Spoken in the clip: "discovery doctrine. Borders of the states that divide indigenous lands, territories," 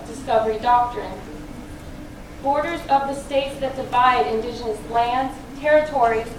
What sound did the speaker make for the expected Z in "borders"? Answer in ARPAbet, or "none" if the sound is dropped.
Z